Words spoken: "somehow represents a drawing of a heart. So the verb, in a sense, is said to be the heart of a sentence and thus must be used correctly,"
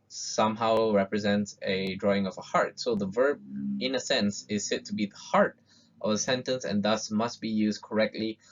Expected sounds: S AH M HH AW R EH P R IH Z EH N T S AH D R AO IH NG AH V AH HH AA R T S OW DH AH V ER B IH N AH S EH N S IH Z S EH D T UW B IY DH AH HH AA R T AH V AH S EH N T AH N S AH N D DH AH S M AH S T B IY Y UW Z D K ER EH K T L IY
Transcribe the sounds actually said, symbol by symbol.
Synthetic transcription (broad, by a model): S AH M HH AW R EH P R IH Z EH N T S AH D R AO IH NG AH V AH HH AA R T S OW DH AH V ER B IH N AH S EH N S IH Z S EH T UW B IY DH AH HH AA R T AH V AH S EH N T AH N S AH N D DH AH S M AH S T B IY Y UW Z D K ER EH K T L IY